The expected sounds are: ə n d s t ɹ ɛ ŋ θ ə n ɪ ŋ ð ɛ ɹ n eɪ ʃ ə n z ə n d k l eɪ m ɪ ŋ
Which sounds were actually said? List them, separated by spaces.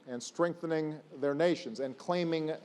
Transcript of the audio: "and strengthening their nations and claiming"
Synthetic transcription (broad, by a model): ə n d s t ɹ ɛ ŋ θ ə n ɪ ŋ ð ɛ ɹ n eɪ ʃ ə n z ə n k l eɪ m ɪ ŋ